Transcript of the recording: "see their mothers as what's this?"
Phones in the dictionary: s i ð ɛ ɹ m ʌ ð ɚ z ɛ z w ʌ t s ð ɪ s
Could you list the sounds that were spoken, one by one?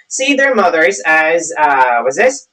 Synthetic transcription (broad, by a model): s i ð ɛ ɹ m ʌ ð ɚ z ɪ z w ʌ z ð ɪ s